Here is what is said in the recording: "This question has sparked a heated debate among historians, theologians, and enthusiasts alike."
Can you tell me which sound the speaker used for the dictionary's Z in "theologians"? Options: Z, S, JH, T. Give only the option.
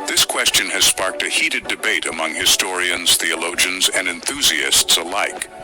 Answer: Z